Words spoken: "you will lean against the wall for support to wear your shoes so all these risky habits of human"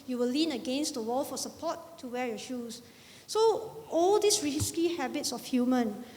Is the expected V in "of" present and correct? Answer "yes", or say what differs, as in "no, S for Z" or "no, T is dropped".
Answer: no, F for V